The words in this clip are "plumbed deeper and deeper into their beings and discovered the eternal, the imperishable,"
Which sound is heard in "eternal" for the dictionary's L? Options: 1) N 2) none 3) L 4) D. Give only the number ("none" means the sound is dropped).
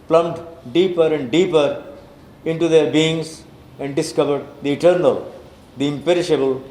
3